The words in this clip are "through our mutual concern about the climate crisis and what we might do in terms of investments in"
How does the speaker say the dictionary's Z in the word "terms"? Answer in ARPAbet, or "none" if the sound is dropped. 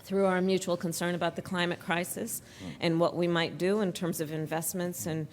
Z